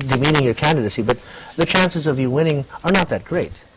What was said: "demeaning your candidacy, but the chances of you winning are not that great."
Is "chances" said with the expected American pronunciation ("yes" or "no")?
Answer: yes